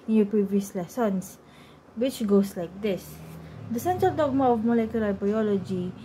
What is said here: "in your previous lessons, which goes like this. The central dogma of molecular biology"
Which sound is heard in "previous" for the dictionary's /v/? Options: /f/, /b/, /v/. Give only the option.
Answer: /v/